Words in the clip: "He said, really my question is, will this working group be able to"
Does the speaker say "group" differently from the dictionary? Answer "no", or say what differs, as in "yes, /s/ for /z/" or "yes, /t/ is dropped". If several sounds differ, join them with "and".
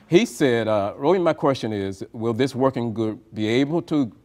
yes, /ɹ/ is dropped